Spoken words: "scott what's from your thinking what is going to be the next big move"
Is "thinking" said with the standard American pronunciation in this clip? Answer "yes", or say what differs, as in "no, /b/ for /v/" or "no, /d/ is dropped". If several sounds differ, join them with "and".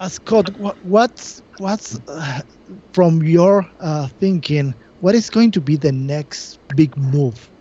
yes